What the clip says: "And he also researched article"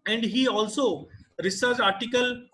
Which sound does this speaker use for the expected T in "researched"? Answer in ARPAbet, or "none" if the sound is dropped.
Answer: none